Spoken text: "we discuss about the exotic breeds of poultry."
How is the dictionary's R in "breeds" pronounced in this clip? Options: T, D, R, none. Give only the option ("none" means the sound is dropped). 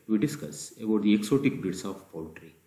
none